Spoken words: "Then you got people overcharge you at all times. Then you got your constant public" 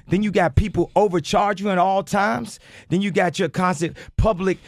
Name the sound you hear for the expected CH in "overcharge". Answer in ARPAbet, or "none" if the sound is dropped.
CH